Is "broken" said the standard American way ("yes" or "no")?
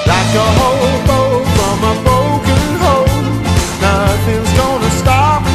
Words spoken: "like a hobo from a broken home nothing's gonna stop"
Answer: no